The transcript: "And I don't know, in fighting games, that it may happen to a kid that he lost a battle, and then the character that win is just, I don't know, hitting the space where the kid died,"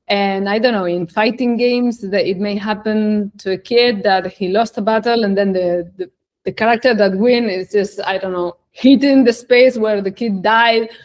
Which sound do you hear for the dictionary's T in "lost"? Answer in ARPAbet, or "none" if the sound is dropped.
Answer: T